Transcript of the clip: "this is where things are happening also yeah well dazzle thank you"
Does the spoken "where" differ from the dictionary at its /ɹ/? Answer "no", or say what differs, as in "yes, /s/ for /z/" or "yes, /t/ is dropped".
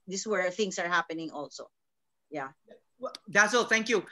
no